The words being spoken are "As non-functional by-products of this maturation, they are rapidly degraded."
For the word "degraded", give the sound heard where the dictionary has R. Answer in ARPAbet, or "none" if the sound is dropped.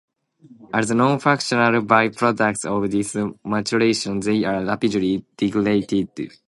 L